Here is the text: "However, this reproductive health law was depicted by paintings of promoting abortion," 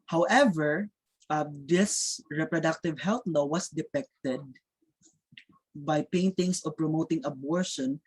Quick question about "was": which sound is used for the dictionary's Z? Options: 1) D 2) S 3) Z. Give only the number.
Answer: 2